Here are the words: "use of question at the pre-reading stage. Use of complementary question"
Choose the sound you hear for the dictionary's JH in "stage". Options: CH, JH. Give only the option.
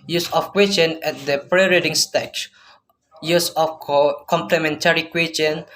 CH